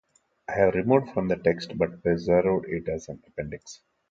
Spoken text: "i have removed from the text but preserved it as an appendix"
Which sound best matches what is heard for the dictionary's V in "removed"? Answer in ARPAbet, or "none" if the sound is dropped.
none